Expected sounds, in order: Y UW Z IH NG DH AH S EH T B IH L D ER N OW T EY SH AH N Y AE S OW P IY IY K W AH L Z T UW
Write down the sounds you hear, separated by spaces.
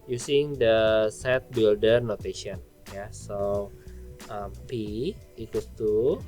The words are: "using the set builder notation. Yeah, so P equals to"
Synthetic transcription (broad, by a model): Y UW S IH NG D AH S EH T B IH L D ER N OW T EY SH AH N Y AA S OW P IY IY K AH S T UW